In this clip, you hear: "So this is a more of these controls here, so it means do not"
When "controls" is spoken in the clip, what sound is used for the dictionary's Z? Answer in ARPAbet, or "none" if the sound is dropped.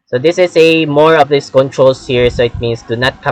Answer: S